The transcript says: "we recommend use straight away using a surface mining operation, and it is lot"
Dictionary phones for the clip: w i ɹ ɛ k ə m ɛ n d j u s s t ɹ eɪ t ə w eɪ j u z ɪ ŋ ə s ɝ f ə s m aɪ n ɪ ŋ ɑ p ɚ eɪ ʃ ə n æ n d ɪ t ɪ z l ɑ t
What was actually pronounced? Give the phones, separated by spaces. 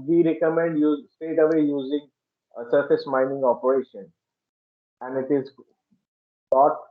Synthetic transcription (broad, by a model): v i ɹ ɛ k ə m ɛ n d j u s s t eɪ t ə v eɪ j u z ɪ ŋ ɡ s ɝ f ə s m aɪ n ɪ ŋ ɑ p ɚ eɪ ʃ ə n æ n d ɪ t ɪ z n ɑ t